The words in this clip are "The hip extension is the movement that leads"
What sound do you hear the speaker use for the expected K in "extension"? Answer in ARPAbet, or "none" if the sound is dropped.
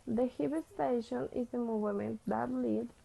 none